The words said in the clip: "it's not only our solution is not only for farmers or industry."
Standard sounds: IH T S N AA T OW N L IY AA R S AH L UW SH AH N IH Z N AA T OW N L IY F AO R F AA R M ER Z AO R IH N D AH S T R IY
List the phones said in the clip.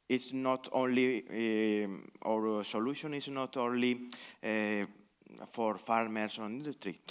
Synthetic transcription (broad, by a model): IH T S N AA T OW N L IY AA R S AH L UW SH AH N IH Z N AA T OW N L IY F AO R F AA R M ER S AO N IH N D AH S T R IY